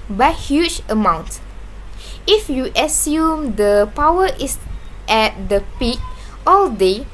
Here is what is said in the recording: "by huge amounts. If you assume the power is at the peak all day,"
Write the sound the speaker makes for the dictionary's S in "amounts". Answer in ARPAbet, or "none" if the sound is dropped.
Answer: none